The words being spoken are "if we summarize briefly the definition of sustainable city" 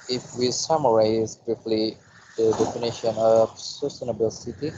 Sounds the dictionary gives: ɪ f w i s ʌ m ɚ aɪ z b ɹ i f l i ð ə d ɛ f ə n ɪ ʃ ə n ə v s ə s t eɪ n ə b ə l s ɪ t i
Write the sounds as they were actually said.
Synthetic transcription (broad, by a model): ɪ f w i s ʌ m ɚ aɪ z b i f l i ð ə d ɛ f ə n ɪ ʃ ə n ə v s ə s t eɪ n ə b ə l s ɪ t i